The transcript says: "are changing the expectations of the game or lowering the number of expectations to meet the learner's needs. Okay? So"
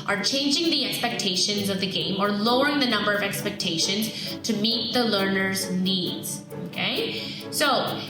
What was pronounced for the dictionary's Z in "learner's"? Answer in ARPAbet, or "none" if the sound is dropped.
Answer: Z